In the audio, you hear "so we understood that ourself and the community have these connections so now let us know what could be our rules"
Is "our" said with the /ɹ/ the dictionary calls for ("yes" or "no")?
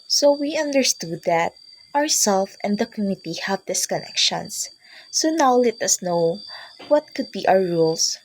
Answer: no